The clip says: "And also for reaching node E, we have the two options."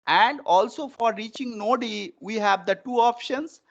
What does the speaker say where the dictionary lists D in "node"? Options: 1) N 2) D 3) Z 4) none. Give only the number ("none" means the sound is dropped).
2